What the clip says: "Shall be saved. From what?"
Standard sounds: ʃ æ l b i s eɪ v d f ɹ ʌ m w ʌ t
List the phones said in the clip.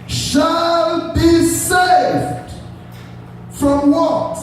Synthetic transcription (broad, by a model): ʃ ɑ l b i s eɪ v d f ɹ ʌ m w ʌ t